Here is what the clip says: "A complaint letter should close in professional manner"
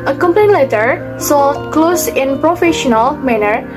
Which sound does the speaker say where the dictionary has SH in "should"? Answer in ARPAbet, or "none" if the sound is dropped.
S